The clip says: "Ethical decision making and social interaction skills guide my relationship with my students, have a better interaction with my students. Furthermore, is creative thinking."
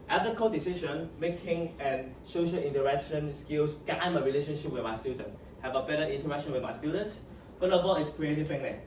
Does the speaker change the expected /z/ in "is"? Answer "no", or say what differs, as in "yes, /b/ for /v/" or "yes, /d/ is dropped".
yes, /s/ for /z/